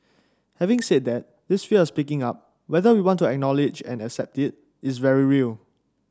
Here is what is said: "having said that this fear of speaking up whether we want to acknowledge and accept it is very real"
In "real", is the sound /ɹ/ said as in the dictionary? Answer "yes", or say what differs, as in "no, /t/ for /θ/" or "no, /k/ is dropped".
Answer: yes